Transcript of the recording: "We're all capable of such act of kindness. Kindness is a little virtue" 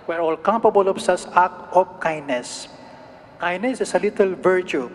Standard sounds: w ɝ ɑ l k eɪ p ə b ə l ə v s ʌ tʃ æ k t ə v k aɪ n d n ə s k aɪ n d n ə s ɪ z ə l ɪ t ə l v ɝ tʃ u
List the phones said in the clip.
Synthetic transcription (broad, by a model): w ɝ ɑ l k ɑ p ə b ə l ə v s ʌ s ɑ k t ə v k aɪ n n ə s k aɪ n n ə s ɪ s ə l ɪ t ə l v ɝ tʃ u